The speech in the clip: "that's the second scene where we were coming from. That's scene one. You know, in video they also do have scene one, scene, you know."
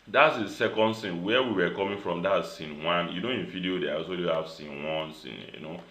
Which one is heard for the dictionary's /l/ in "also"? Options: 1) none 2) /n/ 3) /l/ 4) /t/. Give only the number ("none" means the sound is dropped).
1